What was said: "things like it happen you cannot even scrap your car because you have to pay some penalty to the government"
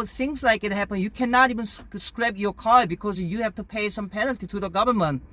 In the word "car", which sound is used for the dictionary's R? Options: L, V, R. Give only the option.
L